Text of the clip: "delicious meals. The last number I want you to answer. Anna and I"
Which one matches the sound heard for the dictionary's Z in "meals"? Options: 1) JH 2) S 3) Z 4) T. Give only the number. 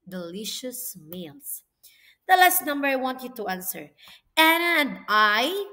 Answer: 2